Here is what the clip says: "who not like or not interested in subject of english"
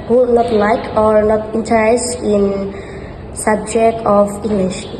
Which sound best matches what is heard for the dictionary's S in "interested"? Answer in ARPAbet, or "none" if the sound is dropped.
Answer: none